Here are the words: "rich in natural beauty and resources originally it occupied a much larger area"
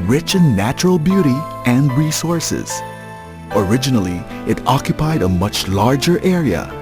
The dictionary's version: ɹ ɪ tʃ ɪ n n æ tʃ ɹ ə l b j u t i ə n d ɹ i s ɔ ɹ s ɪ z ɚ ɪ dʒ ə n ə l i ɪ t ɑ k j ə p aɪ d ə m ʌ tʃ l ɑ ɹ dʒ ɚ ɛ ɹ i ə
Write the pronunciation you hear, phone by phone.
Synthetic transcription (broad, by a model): ɹ ɪ tʃ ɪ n n æ tʃ ɹ ə l b j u t i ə n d ɹ i s ɔ ɹ s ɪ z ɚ ɪ dʒ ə n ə l i ɪ t ɑ k j ə p aɪ d ə m ʌ tʃ l ɑ ɹ dʒ ɚ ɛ ɹ i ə